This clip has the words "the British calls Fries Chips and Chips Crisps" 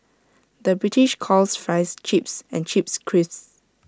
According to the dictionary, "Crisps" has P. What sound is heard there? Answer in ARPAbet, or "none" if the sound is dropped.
none